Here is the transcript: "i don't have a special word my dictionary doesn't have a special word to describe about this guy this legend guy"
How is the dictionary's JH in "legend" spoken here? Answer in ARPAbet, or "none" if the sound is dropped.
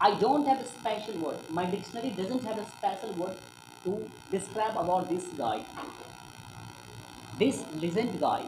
Z